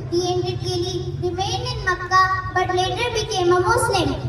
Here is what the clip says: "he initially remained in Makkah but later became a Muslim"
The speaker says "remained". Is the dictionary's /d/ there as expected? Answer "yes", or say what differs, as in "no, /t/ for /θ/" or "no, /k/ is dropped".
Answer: no, /d/ is dropped